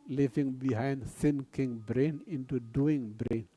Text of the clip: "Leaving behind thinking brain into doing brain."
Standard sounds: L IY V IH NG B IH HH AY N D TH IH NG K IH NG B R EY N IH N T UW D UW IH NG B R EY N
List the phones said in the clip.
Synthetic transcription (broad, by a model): L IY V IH NG B IH HH AY N D S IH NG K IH NG B R EY N IH N T UW D UW IH NG B R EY N